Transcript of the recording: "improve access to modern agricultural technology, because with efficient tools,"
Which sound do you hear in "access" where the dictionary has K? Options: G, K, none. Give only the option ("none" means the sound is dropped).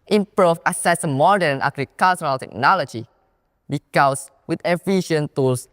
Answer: none